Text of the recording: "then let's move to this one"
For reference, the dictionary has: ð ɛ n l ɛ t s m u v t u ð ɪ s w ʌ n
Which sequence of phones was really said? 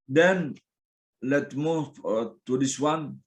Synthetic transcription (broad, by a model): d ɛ n l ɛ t m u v t u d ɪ s w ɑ n